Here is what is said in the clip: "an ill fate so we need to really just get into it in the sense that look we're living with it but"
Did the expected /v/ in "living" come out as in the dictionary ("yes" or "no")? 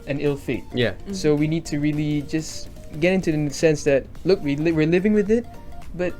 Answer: yes